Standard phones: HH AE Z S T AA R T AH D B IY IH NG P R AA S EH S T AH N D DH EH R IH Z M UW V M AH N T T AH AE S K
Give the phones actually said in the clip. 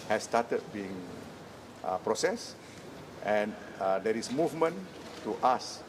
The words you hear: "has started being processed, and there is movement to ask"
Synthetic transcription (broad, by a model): HH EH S T AA T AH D B IY IH NG P R AA S EH S T AH N D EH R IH S M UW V M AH N T T AH S